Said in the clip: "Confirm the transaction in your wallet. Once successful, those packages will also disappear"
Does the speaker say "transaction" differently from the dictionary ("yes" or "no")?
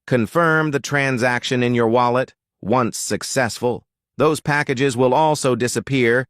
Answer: no